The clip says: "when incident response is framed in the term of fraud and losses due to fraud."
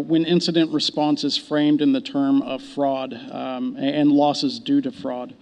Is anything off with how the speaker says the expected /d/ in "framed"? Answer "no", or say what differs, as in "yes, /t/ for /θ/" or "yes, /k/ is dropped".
no